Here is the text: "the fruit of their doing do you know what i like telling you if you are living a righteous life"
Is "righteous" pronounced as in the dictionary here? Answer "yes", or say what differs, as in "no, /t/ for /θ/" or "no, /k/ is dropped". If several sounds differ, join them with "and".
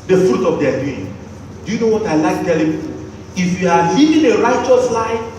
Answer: yes